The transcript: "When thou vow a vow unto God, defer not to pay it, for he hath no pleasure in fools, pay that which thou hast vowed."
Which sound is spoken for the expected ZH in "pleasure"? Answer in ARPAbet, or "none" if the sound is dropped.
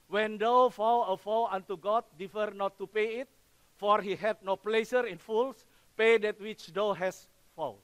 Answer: S